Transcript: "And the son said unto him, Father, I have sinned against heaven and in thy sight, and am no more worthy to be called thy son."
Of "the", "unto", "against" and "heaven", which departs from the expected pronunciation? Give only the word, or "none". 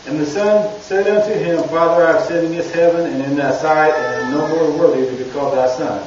against